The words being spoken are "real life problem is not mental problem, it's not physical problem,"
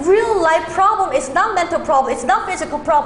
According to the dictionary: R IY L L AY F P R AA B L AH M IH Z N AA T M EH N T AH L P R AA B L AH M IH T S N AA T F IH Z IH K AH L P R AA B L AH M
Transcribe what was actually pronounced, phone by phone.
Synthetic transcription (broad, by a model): R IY L L AY F P R AA B L AH M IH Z N AA T M EH N T AH L P R AA B L AH M IH T S N AA T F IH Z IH K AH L P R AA B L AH